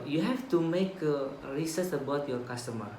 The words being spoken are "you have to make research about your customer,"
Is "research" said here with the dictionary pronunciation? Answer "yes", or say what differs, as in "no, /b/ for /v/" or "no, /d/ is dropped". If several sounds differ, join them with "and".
no, /s/ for /tʃ/